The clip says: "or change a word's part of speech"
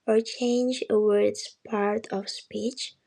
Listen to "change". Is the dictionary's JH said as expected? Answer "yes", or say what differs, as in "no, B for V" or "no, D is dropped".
yes